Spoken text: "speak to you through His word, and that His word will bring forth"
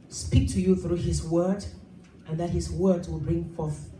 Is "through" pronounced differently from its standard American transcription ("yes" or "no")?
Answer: no